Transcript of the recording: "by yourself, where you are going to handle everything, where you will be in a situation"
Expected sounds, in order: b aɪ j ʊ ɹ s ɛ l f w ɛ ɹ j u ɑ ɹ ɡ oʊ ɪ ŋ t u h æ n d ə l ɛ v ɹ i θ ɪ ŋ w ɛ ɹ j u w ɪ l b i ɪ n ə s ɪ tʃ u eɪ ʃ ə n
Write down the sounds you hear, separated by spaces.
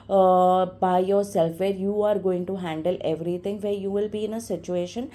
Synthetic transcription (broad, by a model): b aɪ j ʊ ɹ s ɛ l f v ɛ ɹ j u ɑ ɹ ɡ oʊ ɪ ŋ t u h æ n d ə l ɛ v ɹ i t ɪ ŋ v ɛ ɹ j u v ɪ l b i ɪ n ə s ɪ tʃ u eɪ ʃ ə n